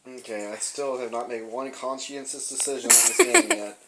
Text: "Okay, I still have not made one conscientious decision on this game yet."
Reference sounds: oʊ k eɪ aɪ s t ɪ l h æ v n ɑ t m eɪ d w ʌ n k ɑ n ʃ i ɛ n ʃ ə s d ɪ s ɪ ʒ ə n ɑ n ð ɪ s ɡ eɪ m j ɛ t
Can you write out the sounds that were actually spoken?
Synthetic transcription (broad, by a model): oʊ k eɪ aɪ s t ɪ l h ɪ v n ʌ t m eɪ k w ʌ n k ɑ n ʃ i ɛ n s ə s d ɪ s ɪ ʒ ə n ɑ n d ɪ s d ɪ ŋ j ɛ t